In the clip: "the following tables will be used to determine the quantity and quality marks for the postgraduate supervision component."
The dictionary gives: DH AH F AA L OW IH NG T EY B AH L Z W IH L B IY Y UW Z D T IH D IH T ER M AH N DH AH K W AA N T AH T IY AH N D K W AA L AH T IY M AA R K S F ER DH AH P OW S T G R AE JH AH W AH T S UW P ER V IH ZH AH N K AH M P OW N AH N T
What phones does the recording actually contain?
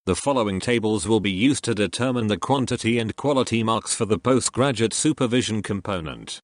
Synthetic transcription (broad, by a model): DH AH F AA L OW IH NG T EY B AH L Z W IH L B IY Y UW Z T IH D IH T ER M AH N DH AH K W AA N T AH T IY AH N K W AA L AH T IY M AA R K S F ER DH AH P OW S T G R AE JH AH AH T S UW P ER V IH ZH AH N K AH M P OW N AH N T